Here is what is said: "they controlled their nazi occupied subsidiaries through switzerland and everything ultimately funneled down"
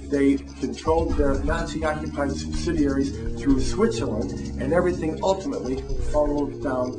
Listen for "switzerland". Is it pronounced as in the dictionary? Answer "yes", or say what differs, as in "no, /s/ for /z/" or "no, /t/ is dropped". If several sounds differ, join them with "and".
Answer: no, /d/ is dropped